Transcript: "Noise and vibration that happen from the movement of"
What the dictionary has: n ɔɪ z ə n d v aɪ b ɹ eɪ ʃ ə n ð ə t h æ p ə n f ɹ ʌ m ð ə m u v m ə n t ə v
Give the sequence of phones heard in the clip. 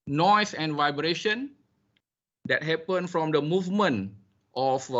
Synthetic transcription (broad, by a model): n ɔɪ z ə n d v aɪ b ɹ eɪ ʃ ə n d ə t h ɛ p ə n f ɹ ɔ m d ə m u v m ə n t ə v